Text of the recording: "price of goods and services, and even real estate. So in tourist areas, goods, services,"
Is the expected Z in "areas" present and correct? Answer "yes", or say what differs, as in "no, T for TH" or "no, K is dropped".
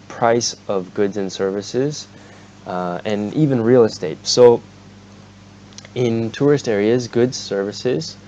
yes